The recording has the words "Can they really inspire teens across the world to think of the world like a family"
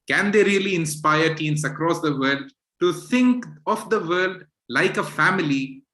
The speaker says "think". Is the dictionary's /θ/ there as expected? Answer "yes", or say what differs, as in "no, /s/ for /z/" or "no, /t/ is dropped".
no, /t/ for /θ/